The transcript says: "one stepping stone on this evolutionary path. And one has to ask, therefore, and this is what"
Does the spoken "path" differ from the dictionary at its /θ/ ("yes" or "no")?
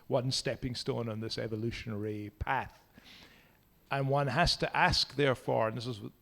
no